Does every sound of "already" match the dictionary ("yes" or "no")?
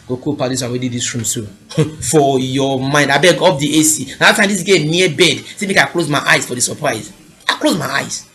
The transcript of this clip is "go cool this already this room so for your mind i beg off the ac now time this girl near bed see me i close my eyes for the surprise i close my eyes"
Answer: no